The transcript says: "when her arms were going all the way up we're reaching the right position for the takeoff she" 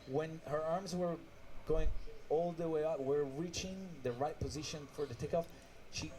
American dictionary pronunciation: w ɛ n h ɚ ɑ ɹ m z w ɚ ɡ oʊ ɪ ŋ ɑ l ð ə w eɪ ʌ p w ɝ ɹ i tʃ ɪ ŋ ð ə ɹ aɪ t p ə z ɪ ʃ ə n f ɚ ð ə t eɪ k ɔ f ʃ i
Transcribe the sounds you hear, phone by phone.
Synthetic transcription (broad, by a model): w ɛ n h ɚ ɑ ɹ m z w ɚ ɡ oʊ ɪ ŋ ɑ l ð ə w eɪ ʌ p w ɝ ɹ i tʃ ɪ ŋ ð ə ɹ aɪ t p ə z ɪ ʃ ə n f ɚ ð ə t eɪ k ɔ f ʃ i